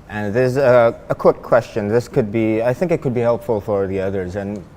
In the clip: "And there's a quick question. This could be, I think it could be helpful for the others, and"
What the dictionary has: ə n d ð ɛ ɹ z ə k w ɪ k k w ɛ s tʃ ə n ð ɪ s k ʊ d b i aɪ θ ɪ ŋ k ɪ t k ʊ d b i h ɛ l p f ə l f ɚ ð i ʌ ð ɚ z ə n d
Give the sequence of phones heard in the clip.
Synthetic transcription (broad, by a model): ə n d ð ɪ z ə k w ɪ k k w ɛ s tʃ ə n ð ɪ s k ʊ d b i aɪ θ ɪ ŋ k ɪ t k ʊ d b i h ɛ l p f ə l f ɚ ð i ʌ ð ɚ z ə n